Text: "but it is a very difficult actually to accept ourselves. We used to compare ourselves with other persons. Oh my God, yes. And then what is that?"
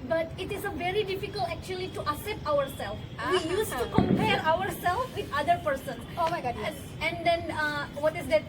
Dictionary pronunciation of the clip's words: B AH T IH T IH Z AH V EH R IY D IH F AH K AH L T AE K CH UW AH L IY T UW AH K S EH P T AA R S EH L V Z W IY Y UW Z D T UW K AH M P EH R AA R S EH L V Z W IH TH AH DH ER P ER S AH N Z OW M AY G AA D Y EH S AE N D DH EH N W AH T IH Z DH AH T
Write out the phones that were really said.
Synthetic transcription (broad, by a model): B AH T IH T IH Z AH V EH R IY D IH F AH K AH L T AE K CH UW AH L IY T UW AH S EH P T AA R S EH L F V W IY Y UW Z T UW K AH M P EH R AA R S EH L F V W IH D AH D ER P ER S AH N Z OW M AY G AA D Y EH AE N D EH N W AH T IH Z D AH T